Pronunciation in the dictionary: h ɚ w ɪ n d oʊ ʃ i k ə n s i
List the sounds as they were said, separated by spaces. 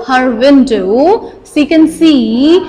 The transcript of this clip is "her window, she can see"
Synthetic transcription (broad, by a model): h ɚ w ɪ n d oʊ s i k ə n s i